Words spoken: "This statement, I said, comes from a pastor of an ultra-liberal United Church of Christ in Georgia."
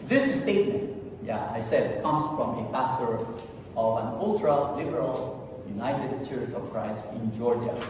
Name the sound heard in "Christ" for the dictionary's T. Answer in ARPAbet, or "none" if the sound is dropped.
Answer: none